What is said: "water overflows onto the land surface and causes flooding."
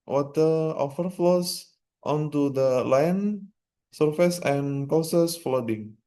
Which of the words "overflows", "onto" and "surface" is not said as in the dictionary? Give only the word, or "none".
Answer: overflows